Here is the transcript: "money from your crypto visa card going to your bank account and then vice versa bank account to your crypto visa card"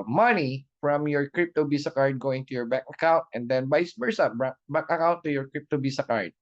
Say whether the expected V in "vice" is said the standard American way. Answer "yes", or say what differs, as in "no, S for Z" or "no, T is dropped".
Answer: no, B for V